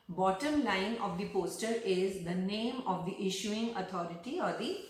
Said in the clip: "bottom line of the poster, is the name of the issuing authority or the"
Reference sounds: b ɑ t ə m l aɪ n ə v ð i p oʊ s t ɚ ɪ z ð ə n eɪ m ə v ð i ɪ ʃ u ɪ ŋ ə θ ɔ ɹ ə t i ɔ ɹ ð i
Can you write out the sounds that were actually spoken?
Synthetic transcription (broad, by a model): b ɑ t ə m l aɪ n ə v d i p oʊ s t ɚ ɪ z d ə n eɪ m ə v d i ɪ ʃ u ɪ ŋ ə t ɔ ɹ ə t i ɔ ɹ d i